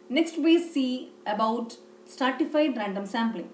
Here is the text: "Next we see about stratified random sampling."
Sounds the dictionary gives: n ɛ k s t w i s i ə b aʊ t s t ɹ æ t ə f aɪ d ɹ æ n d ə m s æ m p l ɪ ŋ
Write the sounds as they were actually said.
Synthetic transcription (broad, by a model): n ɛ k s t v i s i ə b aʊ t s t ɑ t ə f aɪ d ɹ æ n d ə m s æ m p l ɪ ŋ